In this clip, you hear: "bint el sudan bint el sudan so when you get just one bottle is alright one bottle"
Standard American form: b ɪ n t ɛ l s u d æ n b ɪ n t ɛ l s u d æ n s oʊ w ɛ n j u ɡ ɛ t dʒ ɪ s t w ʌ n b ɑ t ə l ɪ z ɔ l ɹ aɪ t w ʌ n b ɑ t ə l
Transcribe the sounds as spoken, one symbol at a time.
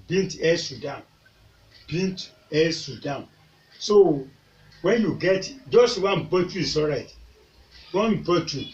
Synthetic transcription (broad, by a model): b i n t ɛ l s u d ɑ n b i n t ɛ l s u d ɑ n s oʊ w ɛ n j u ɡ ɛ t dʒ ɪ s t w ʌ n b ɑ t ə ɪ s ɔ ɹ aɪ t w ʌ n b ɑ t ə